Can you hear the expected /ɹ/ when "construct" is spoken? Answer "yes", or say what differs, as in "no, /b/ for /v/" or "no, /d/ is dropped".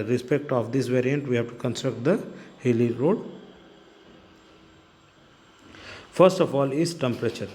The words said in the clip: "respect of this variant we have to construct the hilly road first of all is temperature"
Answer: yes